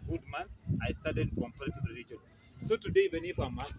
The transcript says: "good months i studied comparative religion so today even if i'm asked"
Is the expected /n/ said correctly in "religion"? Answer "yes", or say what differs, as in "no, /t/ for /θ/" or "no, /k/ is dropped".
no, /l/ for /n/